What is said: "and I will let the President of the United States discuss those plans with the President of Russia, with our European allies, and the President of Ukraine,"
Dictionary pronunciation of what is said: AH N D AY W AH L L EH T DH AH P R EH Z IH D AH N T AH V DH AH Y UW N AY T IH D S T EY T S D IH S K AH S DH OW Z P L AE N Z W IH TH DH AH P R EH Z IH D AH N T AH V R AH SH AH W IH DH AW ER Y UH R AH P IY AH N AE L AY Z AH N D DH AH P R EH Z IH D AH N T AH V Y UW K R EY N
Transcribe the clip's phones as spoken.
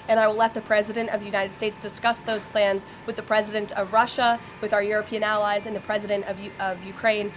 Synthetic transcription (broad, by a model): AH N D AY W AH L L EH T DH AH P R EH Z IH D AH N T AH V DH AH Y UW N AY T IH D S T EY T S D IH S K AH S DH OW Z P L AE N Z W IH DH AH P R EH Z IH D AH N T AH V R AH SH AH W IH DH AW ER Y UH R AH P IY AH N AE L AY Z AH N DH AH P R EH Z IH D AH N T AH V Y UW K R EY N